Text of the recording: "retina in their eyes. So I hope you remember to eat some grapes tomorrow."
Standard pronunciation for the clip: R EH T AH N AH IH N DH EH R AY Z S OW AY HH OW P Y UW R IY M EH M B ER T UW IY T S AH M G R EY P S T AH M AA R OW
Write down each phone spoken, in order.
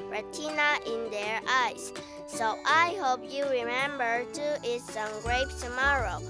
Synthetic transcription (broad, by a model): R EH T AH N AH IH N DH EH R AY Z S OW AY HH OW P Y UW R IY M EH M B ER T UW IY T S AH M G R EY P T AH M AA R OW